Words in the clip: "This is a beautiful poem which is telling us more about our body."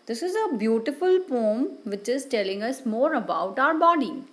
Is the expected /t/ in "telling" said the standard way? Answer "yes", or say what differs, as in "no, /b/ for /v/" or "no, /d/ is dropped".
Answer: yes